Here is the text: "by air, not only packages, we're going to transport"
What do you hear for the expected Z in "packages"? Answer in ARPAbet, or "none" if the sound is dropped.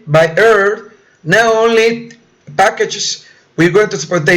S